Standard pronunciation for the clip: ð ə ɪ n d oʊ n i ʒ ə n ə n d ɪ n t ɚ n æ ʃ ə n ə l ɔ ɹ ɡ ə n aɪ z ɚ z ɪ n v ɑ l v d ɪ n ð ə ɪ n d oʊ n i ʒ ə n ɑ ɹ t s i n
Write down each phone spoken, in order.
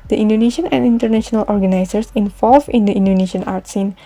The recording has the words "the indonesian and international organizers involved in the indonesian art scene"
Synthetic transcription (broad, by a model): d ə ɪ n d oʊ n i ʃ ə n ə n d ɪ n t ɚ n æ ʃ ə n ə l ɔ ɹ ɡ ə n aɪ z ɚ s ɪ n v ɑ l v ɪ n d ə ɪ n d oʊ n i ʃ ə n ɑ ɹ t s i n